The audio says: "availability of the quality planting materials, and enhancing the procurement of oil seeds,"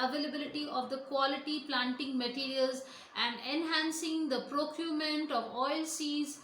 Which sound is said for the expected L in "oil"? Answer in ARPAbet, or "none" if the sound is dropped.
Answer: L